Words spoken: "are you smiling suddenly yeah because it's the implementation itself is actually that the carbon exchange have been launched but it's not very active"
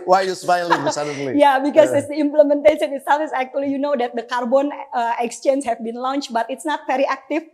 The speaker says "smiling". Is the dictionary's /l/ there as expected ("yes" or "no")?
no